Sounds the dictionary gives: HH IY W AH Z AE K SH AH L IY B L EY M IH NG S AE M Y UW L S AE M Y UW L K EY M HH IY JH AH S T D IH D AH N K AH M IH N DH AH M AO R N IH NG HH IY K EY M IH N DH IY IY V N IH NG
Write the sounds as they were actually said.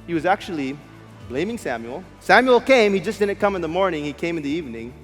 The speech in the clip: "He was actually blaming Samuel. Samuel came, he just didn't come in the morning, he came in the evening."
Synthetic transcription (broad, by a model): HH IY W AH Z AE K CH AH L IY B L EY M IH NG S AE M Y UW L S AE M Y UW L K EY M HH IY JH AH S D IH D N K AH M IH N DH AH M AO R N IH NG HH IY K EY M IH N DH IY IY V N IH NG